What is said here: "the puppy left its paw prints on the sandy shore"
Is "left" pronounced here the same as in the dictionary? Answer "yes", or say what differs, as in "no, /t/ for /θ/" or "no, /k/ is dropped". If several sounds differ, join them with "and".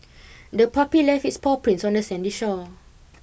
no, /t/ is dropped